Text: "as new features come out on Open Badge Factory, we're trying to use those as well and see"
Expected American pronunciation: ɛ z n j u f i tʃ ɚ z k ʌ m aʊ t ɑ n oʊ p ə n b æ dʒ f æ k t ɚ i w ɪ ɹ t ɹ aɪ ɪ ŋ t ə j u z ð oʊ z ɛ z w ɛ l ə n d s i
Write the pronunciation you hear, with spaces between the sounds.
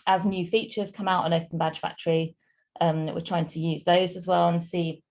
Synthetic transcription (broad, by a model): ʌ z n j u f i tʃ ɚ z k ʌ m aʊ t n oʊ p ə n b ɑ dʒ f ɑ k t ɚ i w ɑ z t ɹ aɪ ɪ ŋ t ə j u z ð oʊ z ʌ z w ɛ l ə n s i